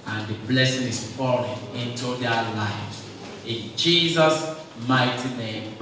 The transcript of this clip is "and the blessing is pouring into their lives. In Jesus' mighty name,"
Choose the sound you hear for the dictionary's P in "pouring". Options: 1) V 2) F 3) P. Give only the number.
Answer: 2